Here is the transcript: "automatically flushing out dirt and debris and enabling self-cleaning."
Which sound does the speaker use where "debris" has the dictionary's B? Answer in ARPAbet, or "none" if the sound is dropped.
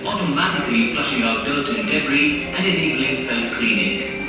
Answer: none